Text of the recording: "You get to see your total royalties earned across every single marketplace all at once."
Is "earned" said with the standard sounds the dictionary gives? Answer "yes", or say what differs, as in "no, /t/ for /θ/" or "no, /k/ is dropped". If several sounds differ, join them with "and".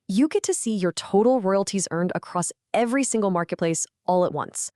yes